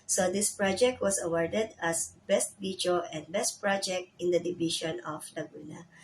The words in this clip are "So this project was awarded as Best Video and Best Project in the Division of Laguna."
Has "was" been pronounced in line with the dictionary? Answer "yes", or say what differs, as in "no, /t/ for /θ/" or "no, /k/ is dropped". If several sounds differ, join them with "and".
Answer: no, /s/ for /z/